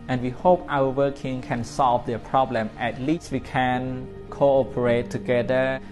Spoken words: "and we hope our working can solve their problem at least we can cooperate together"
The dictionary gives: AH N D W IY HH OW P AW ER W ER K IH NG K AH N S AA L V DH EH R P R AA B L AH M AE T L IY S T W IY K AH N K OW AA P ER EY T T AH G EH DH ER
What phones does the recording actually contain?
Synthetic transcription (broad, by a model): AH N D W IY HH OW P AW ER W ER K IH NG K AH N S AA L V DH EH P R AA B L AH M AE T L IY S T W IY K AH N K OW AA P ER EY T T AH G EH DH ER